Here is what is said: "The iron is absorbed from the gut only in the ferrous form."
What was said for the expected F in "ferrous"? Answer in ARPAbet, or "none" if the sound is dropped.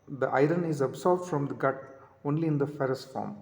F